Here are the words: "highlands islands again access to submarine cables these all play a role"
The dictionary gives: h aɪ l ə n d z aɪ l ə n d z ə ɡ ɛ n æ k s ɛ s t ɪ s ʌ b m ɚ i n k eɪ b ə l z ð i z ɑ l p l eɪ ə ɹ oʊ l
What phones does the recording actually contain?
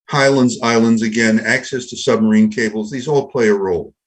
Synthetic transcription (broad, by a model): h aɪ l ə n d z aɪ l ə n d z ə ɡ ɛ n æ k s ɛ s t ɪ s ʌ b m ɚ i n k eɪ b l z ð i z ɑ l p l eɪ ə ɹ oʊ l